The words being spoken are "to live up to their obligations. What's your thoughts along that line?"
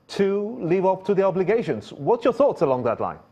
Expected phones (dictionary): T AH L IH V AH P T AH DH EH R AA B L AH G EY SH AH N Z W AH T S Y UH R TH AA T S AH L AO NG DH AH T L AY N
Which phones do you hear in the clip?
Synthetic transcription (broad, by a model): T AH L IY V AH P T AH DH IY AA B L AH G EY SH AH N Z W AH T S Y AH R TH AA T S AH L AO NG DH AH T L AY N